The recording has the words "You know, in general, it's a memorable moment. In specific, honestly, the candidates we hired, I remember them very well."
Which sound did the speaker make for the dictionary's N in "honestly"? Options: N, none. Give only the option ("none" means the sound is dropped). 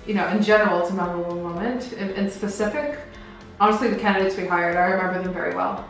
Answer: none